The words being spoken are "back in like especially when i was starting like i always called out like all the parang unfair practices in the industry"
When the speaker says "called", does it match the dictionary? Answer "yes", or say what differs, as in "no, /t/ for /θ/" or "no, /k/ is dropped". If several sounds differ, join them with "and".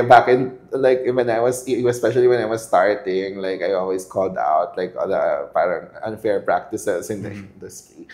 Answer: yes